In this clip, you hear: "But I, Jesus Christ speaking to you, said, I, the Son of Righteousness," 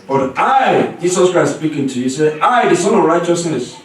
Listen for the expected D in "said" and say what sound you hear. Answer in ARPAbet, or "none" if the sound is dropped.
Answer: none